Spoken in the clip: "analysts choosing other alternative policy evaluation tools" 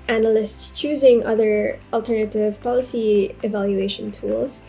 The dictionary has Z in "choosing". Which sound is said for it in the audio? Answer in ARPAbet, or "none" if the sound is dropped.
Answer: Z